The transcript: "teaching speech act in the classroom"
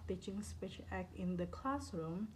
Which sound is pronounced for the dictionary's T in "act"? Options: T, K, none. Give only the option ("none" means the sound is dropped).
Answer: none